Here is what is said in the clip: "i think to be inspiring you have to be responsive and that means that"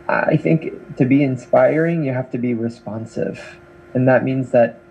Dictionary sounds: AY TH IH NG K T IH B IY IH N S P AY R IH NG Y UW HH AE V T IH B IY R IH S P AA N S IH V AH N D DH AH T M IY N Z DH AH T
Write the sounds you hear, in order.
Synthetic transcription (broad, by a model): AY TH IH NG K T IH B IY IH N S P AY R IH NG Y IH HH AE F T IH B IY R IH S P AA N S IH V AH N DH AH T M IY N Z DH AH T